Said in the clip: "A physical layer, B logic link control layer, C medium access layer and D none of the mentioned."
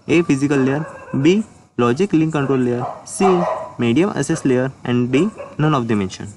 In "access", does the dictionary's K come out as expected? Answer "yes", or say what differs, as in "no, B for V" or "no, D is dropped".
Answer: no, K is dropped